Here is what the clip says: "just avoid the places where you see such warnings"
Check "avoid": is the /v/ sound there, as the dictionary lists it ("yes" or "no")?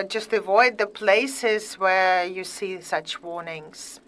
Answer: yes